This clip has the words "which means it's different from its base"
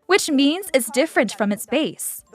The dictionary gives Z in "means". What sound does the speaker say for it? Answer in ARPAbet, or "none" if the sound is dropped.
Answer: Z